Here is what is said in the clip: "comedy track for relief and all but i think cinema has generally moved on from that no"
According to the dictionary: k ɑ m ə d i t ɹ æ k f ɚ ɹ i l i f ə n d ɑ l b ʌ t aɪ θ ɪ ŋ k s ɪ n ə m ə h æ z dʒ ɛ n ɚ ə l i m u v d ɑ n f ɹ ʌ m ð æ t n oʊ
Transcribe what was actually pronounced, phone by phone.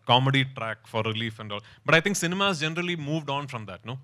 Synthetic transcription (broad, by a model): k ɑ m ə d i t ɹ æ k f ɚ ɹ i l i f ə n d ɑ l b ʌ t aɪ t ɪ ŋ k s ɪ n ə m ə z dʒ ɛ n ɚ ə l i m u v d ɑ n f ɹ ʌ m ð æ t n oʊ